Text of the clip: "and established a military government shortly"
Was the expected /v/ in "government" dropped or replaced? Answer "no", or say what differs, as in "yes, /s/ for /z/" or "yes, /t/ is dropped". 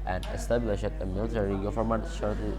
yes, /f/ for /v/